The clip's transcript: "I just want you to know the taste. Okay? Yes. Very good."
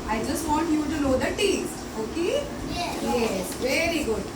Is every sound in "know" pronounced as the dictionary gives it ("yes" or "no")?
no